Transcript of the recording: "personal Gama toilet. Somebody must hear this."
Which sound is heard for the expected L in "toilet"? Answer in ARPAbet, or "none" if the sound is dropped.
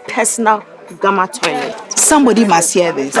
none